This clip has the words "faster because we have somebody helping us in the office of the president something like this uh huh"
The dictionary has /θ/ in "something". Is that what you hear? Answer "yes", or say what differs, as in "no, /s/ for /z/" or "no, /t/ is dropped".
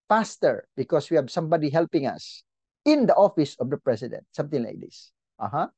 no, /t/ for /θ/